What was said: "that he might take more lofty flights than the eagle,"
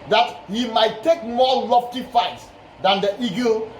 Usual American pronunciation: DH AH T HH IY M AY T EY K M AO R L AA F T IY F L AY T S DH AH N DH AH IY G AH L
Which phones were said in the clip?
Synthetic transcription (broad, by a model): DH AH T HH IY M AY T EY K M AO L AA F T IY F AY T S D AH N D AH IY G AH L